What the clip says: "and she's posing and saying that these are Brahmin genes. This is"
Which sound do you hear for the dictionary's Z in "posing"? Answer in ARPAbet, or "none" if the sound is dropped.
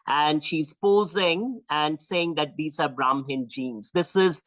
Z